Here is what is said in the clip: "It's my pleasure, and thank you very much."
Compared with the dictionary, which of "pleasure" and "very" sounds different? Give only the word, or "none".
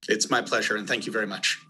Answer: none